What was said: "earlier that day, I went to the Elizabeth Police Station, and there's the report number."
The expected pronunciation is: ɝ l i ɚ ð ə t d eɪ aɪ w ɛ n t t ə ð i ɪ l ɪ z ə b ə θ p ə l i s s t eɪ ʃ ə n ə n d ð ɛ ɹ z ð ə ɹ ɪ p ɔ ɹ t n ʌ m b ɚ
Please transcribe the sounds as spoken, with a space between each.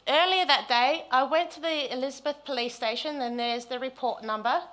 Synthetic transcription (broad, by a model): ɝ l i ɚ ð ə t d eɪ aɪ w ɛ n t t ə ð i ɪ l ɪ z ə b ə θ p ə l i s s t eɪ ʃ ə n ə n ð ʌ ɹ z ð ə ɹ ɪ p ɔ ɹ t n ʌ m b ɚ